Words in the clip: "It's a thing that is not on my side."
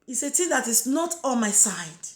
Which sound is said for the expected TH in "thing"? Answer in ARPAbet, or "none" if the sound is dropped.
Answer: T